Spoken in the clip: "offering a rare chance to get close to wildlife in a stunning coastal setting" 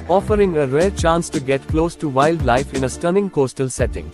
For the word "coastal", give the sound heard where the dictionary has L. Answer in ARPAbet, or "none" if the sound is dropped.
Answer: L